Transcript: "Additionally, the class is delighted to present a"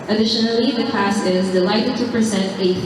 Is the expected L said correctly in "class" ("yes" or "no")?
no